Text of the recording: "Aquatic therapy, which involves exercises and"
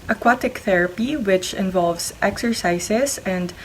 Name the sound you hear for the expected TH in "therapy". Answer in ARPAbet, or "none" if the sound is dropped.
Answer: TH